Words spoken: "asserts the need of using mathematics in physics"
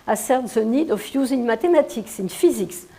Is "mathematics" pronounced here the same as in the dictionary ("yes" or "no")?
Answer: no